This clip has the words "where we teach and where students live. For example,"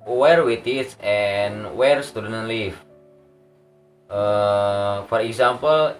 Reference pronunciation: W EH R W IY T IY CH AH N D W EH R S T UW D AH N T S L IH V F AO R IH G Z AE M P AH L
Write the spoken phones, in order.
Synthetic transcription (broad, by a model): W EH R W IY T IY S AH N W EH R S T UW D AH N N L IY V F AO R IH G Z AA M P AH L